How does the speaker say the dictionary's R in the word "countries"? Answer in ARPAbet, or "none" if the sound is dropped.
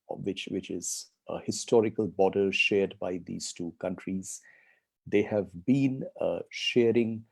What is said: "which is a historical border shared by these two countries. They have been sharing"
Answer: R